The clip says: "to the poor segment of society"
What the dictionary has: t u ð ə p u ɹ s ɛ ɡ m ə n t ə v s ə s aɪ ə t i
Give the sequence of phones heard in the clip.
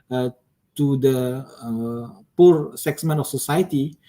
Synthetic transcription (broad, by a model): t u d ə p u ɹ s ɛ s m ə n ə f s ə s aɪ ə t i